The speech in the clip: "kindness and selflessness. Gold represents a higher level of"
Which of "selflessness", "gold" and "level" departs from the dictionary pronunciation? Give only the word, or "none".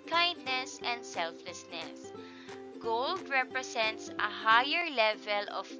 none